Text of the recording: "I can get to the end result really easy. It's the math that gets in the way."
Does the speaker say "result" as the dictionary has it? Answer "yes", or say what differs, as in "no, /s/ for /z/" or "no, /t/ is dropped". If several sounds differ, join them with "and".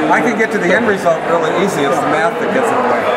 yes